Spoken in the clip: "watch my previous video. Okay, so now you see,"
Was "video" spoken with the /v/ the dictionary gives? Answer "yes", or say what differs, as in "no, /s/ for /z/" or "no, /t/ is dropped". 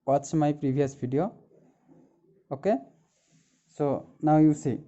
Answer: no, /b/ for /v/